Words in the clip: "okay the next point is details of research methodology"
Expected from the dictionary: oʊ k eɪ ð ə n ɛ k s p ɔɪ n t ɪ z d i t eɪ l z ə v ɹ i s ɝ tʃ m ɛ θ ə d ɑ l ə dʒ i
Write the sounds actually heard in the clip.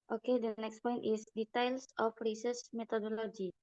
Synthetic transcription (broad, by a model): oʊ k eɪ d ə n ɛ k s p ɔɪ n t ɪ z d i t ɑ l s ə f ɹ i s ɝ s m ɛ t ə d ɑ l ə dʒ i